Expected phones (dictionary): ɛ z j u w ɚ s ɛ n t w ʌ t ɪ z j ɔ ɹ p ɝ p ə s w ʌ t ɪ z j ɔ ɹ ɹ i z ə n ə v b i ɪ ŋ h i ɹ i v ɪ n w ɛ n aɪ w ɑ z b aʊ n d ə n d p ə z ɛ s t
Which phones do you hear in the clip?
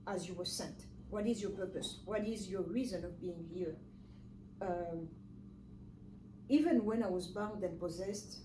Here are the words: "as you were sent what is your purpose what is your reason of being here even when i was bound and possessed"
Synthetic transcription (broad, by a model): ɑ z j u w ɚ s ɛ n t w ʌ t ɪ z j ɔ ɹ p ɝ p ə s w ʌ t ɪ z j ɔ ɹ ɹ i z ə n ə v b i ɪ ŋ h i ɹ i v ɪ n w ɛ n aɪ w ɑ z b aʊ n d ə n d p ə z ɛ s t